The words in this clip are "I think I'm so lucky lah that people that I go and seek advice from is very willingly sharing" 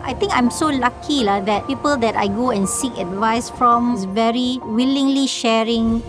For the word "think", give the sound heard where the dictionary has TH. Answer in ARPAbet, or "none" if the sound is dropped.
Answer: T